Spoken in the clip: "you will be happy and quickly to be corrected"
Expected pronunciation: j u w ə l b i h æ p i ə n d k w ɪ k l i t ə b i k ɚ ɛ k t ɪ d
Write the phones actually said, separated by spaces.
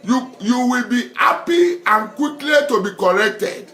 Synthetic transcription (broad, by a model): j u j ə w b i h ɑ p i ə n k w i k l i t ə b i k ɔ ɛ k t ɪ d